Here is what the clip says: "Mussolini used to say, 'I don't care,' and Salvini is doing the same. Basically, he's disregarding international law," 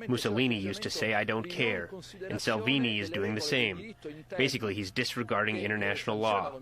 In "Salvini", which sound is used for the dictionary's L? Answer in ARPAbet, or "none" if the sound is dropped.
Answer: L